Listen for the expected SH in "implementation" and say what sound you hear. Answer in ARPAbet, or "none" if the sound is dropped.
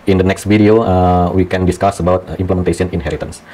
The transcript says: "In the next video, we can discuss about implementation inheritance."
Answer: S